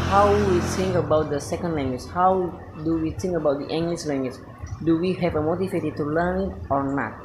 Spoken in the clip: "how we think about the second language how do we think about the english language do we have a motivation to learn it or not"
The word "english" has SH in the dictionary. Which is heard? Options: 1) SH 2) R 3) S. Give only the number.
3